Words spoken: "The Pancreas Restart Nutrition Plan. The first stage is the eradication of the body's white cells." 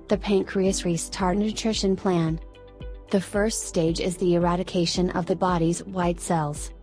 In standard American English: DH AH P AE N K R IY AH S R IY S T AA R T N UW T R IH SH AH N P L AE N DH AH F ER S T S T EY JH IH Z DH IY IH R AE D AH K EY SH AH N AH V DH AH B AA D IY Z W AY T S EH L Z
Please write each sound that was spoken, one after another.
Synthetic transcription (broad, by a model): DH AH P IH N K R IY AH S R IY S T AA R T N UW T R IH SH AH N P L AE N DH AH F ER S T S T EY JH IH Z DH IY IH R AE D AH K EY SH AH N AH V DH AH B AA D IY Z W AY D S EH L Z